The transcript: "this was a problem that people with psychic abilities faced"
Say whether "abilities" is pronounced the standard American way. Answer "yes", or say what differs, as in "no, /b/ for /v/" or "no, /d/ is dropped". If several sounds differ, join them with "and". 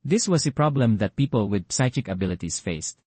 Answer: no, /s/ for /z/